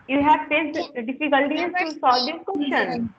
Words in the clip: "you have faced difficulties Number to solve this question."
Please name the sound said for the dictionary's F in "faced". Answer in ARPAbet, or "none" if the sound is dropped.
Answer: P